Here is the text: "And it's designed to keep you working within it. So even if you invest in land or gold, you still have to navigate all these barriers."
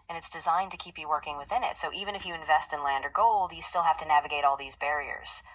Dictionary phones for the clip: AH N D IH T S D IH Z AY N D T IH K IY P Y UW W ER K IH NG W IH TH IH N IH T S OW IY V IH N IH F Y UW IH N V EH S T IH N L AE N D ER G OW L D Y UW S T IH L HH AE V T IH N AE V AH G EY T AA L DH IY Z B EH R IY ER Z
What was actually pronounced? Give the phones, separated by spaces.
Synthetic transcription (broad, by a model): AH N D IH T S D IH Z AY N T IH K IY P Y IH W ER K IH NG W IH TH IH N IH T S OW IY V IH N IH F Y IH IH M V EH S T IH N L AE N D ER G OW L D Y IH S T IH L HH AE F T IH N AE V AH G EY T AA L DH IY Z B EH R IY ER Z